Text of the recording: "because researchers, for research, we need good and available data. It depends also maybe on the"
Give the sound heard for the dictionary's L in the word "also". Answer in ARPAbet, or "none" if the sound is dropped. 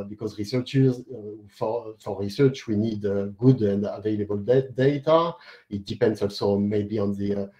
L